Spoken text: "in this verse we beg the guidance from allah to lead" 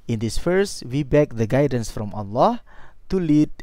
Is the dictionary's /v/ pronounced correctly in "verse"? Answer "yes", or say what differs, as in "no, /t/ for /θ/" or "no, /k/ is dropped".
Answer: no, /f/ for /v/